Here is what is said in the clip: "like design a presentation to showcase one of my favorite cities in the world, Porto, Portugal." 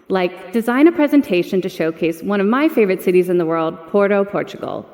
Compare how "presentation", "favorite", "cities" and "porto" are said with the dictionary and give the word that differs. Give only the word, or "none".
none